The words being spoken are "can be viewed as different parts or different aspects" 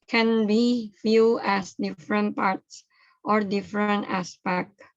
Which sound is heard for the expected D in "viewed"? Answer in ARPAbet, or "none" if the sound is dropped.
none